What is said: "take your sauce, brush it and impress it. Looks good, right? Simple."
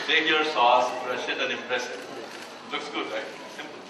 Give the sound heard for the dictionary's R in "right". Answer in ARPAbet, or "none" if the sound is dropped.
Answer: L